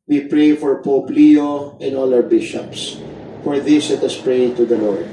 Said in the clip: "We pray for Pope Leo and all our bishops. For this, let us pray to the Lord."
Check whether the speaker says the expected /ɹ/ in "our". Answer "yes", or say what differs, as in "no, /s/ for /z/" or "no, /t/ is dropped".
no, /w/ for /ɹ/